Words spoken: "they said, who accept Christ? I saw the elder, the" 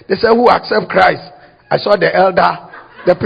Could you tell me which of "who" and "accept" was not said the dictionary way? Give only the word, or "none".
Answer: none